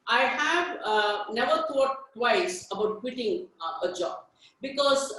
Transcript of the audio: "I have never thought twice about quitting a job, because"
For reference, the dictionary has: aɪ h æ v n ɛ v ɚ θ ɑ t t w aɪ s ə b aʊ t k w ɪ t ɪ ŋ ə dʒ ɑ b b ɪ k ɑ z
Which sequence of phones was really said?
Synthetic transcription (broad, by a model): aɪ h æ v n ɛ v ɚ t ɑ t t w aɪ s ə b aʊ t k w ɪ t ɪ ŋ ə dʒ ɑ b b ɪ k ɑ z